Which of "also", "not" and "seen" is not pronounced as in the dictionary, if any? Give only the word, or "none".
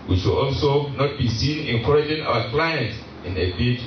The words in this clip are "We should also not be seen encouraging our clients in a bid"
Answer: none